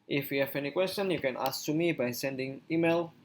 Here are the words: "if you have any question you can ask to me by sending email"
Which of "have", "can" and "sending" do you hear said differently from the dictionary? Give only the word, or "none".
have